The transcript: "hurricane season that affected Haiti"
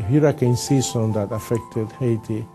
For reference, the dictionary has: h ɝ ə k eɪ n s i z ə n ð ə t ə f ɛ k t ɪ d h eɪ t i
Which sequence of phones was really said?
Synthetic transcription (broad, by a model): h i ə k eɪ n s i s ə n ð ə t ə f ɛ k t ɪ d h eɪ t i